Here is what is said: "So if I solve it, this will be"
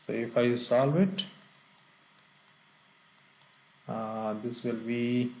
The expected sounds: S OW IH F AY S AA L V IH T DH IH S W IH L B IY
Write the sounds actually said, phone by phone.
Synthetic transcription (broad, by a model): S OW IH F AY S AA L V IH T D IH S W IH L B IY